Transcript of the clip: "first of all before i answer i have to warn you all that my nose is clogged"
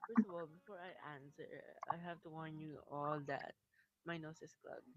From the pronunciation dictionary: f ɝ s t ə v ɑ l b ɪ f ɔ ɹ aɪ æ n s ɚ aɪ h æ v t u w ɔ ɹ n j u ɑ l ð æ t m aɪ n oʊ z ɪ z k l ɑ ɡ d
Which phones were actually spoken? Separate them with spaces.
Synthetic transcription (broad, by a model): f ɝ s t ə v ɑ l b ɪ f ɔ ɹ aɪ æ n s ɚ aɪ h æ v t u w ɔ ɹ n j u ɑ l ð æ t m aɪ n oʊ s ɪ s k l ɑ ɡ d